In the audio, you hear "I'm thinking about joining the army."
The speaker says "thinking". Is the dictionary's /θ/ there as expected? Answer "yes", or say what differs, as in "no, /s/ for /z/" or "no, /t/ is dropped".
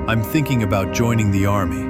yes